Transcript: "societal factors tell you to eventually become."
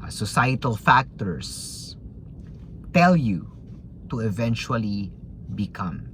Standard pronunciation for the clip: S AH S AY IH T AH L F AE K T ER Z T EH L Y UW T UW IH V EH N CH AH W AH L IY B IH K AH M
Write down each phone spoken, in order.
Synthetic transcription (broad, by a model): S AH S AY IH T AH L F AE K T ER S T EH L Y UW T UW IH V EH N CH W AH L IY B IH K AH M